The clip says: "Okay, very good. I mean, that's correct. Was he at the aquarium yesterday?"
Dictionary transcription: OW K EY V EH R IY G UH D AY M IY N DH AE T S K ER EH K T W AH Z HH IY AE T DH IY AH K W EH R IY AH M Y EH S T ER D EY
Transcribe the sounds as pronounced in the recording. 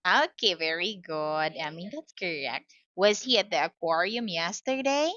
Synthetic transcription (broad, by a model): OW K EY V EH R IY G UH D AY M IY N DH AE T S K ER EH K T W AH Z HH IY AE T DH IY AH K W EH R IY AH M Y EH S T ER D EY